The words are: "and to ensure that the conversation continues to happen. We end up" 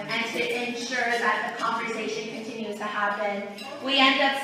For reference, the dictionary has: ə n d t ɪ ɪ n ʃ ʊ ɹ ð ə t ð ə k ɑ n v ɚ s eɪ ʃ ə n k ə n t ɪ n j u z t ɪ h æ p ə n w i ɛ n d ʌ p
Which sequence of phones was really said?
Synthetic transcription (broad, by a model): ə n t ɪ ɪ n ʃ ʊ ɹ ð ə t ð ə k ɑ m v ɚ s eɪ ʃ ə n k ə n t ɪ n j u z t ɪ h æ b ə n w i ɛ n d ʌ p